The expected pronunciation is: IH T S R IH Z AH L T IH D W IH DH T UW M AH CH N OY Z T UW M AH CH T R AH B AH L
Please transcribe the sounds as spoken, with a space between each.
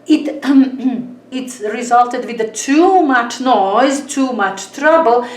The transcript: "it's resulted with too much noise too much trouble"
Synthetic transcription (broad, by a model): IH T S R IH Z AH L T IH D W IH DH T UW M AH CH N OY Z T UW M AH CH T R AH B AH L